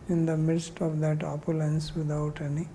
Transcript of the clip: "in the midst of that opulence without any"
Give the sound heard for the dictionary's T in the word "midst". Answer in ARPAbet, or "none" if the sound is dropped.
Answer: T